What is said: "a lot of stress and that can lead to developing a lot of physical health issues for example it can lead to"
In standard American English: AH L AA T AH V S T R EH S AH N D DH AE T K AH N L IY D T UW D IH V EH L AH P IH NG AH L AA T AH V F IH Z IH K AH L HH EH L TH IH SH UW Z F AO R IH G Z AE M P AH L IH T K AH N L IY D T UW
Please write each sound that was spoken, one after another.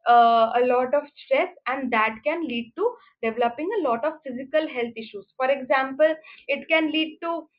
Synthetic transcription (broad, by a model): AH L AA T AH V S T R EH S AH N D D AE T K AH N L IY D T UW D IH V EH L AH P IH NG AH L AA T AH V F IH Z IH K AH L HH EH L T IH SH UW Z F AO R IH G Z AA M P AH L IH T K AH N L IY D T UW